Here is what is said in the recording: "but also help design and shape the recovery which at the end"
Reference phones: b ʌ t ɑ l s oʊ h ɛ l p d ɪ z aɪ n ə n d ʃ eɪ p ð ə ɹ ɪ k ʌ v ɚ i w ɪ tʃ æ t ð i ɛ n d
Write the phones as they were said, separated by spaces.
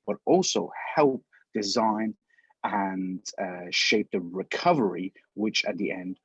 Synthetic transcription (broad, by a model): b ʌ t ɑ l s oʊ h ɛ l p d ɪ z aɪ n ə n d ʃ eɪ p ð ə ɹ ɪ k ʌ v ɚ i w ɪ tʃ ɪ t ð i ɛ n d